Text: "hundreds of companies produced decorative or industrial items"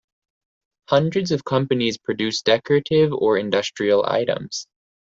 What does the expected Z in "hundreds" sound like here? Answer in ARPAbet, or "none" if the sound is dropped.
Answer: Z